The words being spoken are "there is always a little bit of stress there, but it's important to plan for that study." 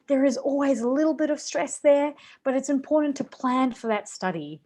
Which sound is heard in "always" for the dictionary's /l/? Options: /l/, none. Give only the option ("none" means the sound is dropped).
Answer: /l/